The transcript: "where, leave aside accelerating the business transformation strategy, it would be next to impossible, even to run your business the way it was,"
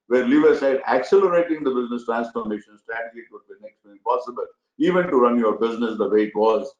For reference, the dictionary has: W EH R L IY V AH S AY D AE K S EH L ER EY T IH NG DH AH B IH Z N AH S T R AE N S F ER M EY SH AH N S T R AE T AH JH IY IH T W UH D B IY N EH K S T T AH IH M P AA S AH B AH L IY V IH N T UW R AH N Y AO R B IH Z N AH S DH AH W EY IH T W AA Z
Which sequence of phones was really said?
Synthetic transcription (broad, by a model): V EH R L IY V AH S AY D AE K S EH L ER EY T IH NG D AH B IH Z N AH S T R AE N S F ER M EY SH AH N S T R AE T AH JH IY IH T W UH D B IY N EH K S T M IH P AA S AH B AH L IY V IH N T UW R AH N Y AO R B IH Z N AH S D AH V EY IH T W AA Z